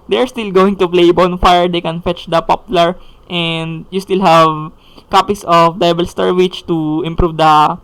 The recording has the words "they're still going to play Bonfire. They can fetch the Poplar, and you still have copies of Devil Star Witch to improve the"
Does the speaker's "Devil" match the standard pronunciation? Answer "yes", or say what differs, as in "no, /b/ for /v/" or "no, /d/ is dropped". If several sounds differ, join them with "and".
no, /b/ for /v/